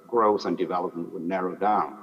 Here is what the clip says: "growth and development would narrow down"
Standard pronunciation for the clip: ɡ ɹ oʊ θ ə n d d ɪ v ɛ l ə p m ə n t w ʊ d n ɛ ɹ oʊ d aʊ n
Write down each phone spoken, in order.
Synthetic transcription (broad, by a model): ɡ ɹ oʊ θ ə n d d ɪ v ɛ l ə p m ə n t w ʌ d n ɛ ɹ oʊ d aʊ n